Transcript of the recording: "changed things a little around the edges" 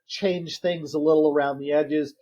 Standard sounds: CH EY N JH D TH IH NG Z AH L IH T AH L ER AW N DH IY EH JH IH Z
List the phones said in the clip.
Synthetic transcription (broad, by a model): CH EY N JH TH IH NG Z AH L IH T L ER AW N DH IY EH JH IH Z